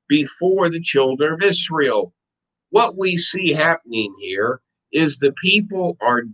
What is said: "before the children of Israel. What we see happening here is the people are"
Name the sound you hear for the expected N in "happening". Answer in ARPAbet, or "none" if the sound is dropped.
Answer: N